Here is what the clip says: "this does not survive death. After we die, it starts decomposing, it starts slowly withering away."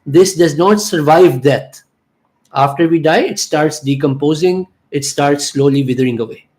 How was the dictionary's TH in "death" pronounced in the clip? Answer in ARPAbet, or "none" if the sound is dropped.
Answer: T